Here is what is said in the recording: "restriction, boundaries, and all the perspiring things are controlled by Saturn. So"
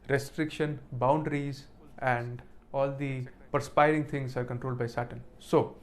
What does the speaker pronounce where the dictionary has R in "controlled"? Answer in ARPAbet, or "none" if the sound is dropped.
R